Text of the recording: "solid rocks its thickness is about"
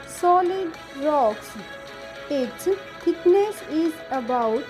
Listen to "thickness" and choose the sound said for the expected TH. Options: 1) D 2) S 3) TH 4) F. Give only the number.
4